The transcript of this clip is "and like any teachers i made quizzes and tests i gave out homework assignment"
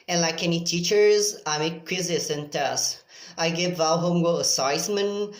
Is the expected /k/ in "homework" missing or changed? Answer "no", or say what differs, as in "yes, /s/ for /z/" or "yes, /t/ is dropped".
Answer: yes, /k/ is dropped